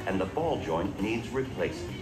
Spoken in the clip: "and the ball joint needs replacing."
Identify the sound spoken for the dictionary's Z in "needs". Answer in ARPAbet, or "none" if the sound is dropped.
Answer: Z